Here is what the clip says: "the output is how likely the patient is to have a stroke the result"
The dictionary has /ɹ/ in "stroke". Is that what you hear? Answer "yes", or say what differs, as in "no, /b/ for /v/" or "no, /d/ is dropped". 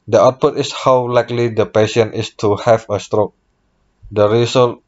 yes